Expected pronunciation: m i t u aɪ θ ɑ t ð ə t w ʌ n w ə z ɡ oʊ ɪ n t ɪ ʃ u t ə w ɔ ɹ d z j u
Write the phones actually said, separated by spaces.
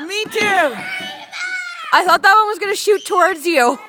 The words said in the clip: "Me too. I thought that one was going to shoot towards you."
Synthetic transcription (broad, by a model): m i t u aɪ θ ɑ t ð ə t w ʌ n w ə z ɡ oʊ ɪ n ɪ ʃ u t ə w ɔ ɹ d z j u